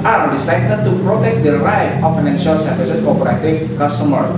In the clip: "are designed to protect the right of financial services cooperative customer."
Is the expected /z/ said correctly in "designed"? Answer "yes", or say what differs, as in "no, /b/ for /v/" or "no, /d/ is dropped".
no, /s/ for /z/